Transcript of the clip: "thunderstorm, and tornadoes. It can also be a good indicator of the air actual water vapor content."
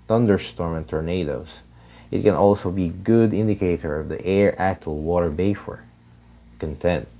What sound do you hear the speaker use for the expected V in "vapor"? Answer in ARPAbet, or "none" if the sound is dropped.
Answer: B